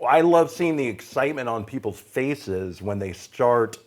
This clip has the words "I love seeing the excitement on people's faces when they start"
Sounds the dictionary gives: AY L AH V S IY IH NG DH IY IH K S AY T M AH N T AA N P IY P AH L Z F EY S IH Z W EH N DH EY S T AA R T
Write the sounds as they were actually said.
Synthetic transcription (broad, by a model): AY L AH V S IY IH NG DH IY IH K S AY T M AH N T N P IY P L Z F EY S IH Z W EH N DH EY S T AA R T